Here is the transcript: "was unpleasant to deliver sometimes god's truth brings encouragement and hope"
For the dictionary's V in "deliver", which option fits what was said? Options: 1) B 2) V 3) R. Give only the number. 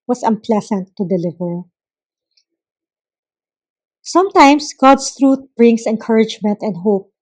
2